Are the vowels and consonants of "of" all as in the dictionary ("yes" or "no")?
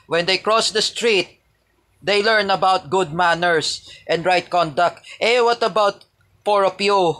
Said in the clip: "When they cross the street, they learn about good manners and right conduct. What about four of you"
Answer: no